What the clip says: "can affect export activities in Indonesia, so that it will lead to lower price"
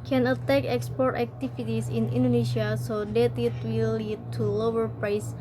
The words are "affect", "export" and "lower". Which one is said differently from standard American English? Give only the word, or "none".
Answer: affect